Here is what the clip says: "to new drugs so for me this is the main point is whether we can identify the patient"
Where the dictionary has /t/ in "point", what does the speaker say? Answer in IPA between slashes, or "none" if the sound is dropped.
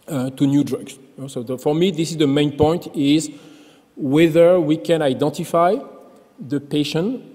/t/